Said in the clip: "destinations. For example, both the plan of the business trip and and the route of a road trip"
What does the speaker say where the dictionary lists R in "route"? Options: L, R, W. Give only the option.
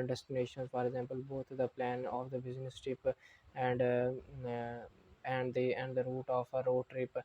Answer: R